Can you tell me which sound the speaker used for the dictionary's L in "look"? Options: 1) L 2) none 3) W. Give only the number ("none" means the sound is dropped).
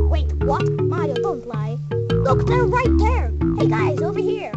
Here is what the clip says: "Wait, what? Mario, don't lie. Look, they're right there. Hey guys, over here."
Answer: 1